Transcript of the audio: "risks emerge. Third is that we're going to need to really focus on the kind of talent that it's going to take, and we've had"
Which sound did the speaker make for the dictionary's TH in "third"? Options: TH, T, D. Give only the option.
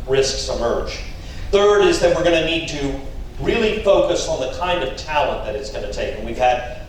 TH